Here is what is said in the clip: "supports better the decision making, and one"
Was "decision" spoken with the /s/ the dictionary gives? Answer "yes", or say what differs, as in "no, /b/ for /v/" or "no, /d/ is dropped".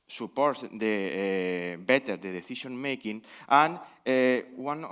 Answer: no, /θ/ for /s/